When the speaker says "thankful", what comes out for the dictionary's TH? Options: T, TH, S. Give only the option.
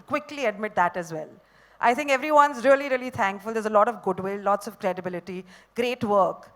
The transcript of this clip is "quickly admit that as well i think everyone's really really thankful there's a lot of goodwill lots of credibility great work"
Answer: T